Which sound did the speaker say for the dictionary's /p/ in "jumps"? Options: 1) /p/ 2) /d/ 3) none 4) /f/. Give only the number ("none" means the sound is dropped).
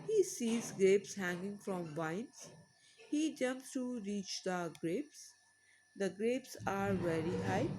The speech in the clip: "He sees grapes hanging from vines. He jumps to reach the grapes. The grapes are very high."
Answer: 1